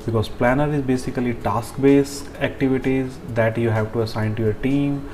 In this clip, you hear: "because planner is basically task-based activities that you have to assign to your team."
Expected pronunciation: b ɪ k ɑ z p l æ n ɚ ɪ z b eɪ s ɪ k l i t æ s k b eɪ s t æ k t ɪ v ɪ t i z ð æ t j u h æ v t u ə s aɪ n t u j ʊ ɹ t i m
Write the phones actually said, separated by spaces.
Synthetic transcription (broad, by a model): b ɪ k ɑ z p l æ n ɚ ɪ z b eɪ s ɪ k l i t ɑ s k b eɪ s æ k t ɪ v ɪ t i z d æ t j u h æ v t u ə s aɪ n t u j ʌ ɹ t i m